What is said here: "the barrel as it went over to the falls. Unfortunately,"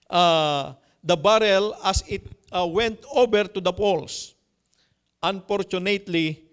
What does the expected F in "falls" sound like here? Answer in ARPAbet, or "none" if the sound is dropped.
P